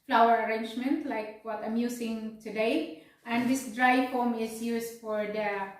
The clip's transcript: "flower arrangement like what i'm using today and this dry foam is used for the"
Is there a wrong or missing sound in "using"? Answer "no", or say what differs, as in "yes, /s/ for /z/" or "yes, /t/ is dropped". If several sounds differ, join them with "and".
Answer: yes, /s/ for /z/